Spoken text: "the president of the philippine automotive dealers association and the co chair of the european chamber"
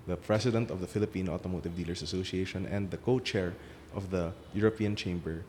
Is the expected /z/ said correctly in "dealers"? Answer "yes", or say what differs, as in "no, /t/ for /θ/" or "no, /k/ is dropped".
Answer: no, /s/ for /z/